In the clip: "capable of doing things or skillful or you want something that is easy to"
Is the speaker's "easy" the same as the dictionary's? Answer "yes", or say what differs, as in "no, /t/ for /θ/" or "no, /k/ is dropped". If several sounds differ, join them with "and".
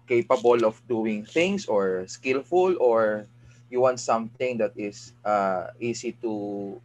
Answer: no, /s/ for /z/